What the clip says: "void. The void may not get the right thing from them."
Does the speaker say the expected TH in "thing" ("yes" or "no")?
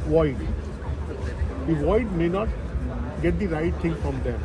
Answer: no